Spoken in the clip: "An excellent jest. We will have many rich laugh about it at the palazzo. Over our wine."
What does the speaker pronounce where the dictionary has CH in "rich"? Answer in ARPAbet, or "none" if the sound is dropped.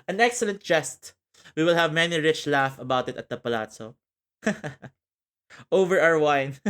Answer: CH